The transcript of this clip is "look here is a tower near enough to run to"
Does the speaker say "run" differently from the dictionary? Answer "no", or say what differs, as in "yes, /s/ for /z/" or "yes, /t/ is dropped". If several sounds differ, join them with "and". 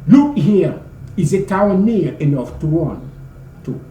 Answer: yes, /w/ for /ɹ/